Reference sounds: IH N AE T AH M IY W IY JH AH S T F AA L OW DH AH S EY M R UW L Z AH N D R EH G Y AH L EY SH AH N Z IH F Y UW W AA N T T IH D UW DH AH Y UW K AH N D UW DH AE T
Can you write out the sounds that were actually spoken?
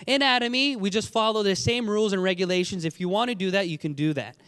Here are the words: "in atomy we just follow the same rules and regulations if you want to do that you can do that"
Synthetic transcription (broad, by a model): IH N AE T AH M IY W IY JH AH S T F AA L OW DH AH S EY M R UW L Z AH N R EH G Y AH L EY SH AH N Z IH F Y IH W AA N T T IH D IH DH AH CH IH K AH N D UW DH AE T